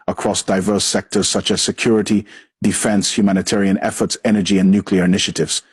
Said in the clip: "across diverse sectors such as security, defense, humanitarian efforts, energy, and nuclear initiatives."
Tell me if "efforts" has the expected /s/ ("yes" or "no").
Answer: yes